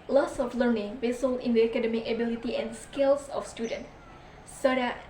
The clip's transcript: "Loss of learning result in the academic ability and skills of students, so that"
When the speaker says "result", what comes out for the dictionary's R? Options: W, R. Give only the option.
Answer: W